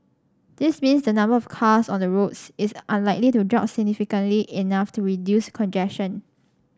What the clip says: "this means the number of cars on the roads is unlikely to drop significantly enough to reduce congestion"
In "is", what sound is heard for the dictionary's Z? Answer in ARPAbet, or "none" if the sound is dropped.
S